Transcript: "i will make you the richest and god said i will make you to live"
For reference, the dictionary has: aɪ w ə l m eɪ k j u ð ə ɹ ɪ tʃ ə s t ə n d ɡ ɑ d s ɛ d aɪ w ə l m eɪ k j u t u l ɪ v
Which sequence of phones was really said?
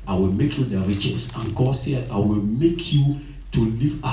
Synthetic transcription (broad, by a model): aɪ w ə l m eɪ k j u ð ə ɹ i tʃ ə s ə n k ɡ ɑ s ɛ aɪ w ə l m eɪ k j u t u l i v